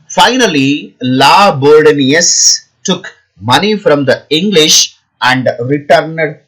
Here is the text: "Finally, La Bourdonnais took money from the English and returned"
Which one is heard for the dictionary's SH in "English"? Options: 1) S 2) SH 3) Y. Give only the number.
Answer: 2